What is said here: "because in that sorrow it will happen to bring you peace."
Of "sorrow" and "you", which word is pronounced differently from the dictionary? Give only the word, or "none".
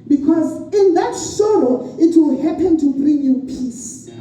sorrow